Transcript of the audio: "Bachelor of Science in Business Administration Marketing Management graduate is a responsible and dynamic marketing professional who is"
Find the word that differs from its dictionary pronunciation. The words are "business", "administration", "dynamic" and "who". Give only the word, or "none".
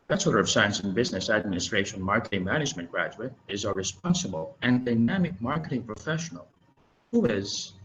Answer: none